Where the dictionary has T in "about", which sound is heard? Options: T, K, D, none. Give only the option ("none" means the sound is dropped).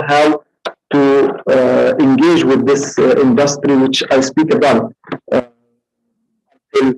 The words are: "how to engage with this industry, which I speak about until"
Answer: none